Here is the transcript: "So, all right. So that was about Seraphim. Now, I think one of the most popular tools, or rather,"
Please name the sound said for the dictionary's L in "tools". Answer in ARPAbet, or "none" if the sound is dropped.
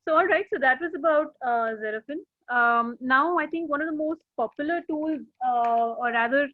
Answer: L